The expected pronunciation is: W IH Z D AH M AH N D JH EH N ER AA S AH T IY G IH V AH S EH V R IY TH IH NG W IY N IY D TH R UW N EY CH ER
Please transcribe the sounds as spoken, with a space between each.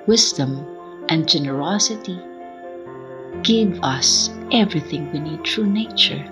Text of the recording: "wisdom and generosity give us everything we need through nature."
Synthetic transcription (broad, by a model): W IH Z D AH M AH N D JH EH N ER AA S AH T IY G IH V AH S EH V R IY TH IH NG W IY N IY D T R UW N EY CH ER